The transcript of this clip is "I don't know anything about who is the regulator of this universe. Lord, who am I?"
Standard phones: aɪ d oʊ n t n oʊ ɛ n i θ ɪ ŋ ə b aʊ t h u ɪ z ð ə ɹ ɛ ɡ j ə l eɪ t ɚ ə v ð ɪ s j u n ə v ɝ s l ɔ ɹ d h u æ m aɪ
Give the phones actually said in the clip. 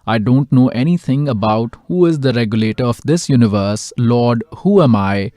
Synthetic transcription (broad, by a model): aɪ d oʊ n t n oʊ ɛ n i t ɪ ŋ ə b aʊ t h u ɪ z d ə ɹ ɛ ɡ j ə l eɪ t ɚ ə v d ɪ s j u n ə v ɝ s l ɔ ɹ d h u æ m aɪ